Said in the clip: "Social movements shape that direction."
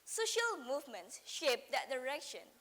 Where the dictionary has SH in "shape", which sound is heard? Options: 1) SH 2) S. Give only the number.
1